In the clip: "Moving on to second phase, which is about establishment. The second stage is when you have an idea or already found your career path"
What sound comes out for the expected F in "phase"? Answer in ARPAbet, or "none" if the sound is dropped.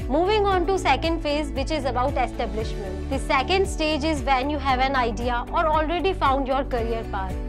F